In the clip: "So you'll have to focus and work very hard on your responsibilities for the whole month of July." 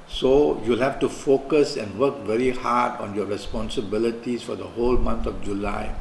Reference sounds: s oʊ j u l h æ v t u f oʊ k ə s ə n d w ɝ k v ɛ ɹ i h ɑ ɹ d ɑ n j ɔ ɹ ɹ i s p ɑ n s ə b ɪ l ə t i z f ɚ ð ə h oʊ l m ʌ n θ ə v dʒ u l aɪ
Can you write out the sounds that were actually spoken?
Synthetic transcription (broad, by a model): s oʊ j u l h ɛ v t u f oʊ k ə s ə n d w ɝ k v ɛ ɹ i h ɑ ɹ d ɑ n j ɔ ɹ ɹ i s p ɑ n s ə b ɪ l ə t i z f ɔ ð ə h oʊ l m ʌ n t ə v dʒ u l aɪ